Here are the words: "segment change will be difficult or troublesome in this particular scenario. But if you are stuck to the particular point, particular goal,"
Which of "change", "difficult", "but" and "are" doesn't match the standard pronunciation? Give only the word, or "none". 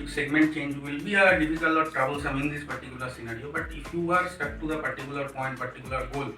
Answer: difficult